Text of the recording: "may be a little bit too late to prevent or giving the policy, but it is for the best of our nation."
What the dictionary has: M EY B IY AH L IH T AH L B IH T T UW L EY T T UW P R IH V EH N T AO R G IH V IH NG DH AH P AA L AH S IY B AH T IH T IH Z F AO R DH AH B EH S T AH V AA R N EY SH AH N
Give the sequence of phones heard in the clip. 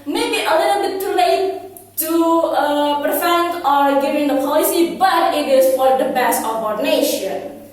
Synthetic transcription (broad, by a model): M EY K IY AH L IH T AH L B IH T T UW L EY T T UW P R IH F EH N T AO R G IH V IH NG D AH P AA L AH S IY B AH T IH T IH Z F AO R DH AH B EH S T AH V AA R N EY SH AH N